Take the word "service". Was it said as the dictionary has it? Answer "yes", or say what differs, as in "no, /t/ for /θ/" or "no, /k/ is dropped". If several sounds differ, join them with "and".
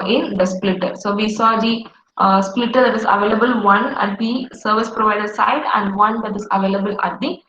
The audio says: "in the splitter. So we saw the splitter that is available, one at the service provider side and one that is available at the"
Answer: yes